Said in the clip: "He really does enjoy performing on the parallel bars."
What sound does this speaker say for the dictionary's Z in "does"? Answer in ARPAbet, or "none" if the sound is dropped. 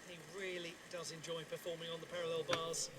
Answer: Z